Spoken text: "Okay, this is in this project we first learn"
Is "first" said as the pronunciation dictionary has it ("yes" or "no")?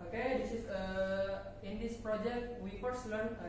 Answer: no